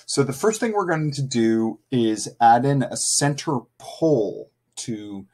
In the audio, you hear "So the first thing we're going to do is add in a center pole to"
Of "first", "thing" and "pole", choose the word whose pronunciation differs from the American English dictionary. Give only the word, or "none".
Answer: none